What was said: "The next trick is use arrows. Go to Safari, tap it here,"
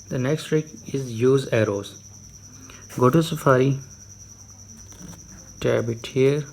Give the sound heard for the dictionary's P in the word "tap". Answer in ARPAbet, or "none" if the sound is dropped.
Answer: B